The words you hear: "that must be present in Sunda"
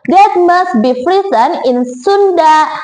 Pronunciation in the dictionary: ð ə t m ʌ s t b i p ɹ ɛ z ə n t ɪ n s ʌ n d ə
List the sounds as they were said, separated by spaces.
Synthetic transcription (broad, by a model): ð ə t m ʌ s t b i f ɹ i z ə n ɪ n s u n d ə